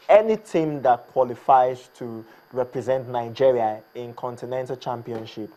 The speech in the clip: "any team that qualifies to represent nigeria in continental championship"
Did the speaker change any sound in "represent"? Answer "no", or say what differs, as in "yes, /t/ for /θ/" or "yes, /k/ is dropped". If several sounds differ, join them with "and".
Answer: no